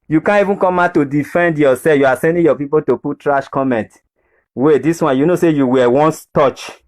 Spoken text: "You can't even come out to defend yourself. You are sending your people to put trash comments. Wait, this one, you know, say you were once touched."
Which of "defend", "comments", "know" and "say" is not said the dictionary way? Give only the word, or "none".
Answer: comments